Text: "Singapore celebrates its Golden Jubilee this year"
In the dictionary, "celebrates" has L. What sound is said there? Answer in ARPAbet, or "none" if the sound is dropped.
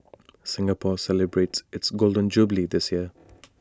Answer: L